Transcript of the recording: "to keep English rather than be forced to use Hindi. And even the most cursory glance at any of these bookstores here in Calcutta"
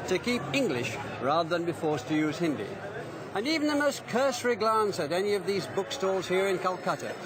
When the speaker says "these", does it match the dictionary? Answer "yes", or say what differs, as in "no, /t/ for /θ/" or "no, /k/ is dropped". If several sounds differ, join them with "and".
yes